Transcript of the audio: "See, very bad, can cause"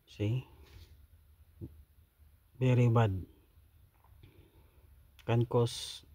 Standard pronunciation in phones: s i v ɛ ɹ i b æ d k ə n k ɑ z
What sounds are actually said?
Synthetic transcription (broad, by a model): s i b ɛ ɹ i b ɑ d k ə n k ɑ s